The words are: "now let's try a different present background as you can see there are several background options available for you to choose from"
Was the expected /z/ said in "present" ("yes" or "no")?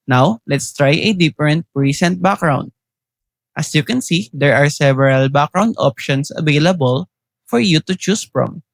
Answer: no